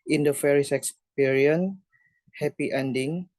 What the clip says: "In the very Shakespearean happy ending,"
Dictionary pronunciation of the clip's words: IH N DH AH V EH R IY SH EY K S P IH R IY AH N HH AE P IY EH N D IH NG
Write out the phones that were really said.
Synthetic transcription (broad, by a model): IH N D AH F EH R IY S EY K S P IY R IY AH N HH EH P IY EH N D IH NG